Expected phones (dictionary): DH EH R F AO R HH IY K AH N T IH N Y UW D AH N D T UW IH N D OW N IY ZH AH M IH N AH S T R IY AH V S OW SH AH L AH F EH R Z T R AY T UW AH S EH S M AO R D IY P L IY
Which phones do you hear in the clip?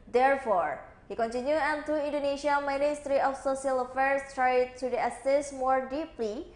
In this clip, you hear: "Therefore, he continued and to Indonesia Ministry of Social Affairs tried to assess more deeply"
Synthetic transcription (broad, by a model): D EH R F AO R HH IY K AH N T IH N Y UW AH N T UW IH N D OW N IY SH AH M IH N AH S T R IY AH F S OW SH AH L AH F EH R S T R AY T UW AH S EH S M AO R D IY P L IY